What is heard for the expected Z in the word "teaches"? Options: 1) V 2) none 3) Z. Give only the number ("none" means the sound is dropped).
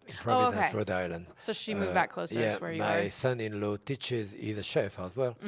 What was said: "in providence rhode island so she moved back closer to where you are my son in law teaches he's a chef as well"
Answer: 3